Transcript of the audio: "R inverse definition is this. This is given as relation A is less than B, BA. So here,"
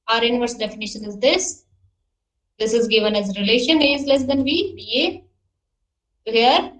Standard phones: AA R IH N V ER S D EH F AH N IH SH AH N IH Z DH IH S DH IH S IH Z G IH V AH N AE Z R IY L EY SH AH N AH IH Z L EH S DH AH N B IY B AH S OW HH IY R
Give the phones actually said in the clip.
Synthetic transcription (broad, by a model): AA R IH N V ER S D EH F AH N IH SH AH N IH Z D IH S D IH S IH Z G IH V AH N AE Z R IY L EY SH AH N IH Z L EH S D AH N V IY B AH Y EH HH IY R